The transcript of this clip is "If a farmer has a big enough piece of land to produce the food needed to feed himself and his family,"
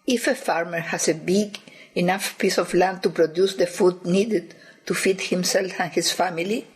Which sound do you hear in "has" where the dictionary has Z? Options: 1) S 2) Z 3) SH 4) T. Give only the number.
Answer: 1